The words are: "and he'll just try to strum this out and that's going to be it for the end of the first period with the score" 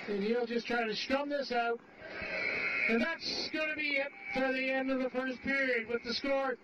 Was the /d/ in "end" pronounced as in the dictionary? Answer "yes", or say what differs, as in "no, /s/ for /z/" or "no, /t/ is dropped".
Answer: yes